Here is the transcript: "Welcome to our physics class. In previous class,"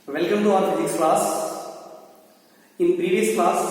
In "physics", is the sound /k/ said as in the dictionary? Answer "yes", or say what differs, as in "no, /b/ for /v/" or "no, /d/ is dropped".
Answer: no, /k/ is dropped